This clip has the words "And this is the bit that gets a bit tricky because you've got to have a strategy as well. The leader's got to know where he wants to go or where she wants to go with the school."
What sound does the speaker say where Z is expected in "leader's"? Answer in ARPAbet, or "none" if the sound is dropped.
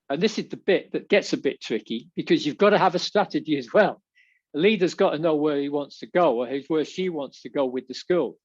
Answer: Z